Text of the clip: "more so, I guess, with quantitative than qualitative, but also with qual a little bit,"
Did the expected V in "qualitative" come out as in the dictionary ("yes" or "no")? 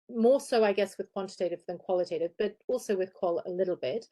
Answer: yes